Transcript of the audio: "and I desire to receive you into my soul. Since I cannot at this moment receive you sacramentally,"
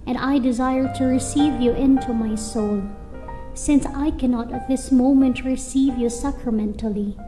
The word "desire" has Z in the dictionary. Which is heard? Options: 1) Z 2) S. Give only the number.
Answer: 1